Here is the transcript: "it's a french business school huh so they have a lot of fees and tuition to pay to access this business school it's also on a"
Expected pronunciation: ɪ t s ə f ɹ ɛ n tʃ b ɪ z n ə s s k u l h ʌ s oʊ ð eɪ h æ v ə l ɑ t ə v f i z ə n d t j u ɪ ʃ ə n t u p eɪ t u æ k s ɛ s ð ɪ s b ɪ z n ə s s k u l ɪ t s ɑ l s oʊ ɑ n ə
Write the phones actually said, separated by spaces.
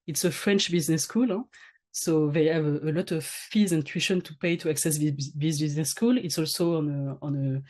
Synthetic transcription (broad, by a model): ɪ t s ə f ɹ ɛ n tʃ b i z n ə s s k u l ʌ s oʊ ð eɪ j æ v ə l ɑ t ə v f i z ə n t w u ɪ ʃ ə n t u p eɪ t u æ k s ɛ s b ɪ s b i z n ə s s k u l ɪ t s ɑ l s oʊ ɑ n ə